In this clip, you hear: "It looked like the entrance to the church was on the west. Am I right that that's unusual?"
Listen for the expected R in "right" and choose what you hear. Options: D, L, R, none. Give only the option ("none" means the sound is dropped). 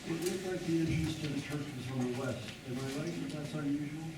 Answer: L